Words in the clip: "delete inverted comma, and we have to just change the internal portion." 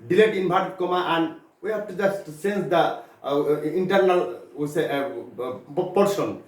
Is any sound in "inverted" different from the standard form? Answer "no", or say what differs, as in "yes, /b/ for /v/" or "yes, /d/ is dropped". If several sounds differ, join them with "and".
yes, /b/ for /v/